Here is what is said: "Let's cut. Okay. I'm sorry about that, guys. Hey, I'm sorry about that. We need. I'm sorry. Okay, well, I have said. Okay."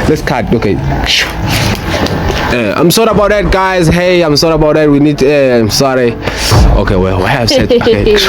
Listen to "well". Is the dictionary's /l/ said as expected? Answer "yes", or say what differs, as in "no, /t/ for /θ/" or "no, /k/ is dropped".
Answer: no, /w/ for /l/